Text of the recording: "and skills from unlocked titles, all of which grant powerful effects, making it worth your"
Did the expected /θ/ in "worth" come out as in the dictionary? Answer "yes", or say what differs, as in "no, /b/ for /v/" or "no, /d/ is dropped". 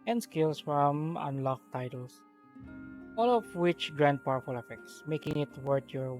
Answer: no, /t/ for /θ/